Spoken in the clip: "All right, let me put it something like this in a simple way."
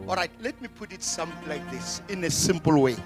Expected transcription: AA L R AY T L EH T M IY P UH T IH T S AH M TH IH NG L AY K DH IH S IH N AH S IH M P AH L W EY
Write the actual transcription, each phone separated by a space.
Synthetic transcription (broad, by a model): AA L R AY T L EH T M IY P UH T IH T S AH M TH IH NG L AY K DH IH S IH N AH S IH M P AH L W EY